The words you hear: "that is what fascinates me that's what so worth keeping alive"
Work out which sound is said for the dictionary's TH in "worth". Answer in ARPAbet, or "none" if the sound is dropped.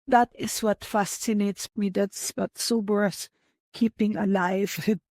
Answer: S